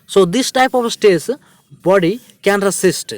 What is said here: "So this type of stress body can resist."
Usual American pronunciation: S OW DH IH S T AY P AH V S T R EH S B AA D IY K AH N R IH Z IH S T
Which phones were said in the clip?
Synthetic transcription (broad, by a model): S OW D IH S T AY P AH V S T EH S B AA D IY K AH N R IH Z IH S T